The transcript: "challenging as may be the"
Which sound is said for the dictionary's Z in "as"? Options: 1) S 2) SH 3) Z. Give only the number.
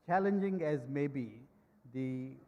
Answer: 3